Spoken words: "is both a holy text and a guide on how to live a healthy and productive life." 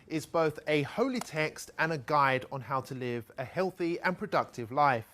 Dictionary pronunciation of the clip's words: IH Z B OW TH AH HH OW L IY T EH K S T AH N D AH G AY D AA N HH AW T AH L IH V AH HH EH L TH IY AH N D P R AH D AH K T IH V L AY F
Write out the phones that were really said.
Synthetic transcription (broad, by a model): IH Z B OW TH AH HH OW L IY T EH K S T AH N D AH G AY D N HH AW T AH L IH V AH HH EH L TH IY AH N P R AH D AH K T IH V L AY F